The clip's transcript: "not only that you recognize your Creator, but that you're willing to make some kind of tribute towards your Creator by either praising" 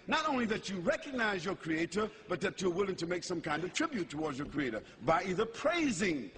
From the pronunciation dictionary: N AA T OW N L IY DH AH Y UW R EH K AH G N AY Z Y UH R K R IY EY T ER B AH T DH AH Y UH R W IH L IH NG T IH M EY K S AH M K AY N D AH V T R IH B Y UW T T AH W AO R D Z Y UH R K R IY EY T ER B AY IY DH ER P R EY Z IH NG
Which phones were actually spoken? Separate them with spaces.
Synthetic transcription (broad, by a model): N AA T OW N L IY DH AH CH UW R EH K AH G N AY Z Y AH R K R IY EY T ER B AH T DH AH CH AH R W IH L IH NG T IH M EY K S AH M K AY N D AH V T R IH B Y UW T T AH W AO R D Z Y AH R K R IY EY T ER B AY IY DH ER P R EY Z IH NG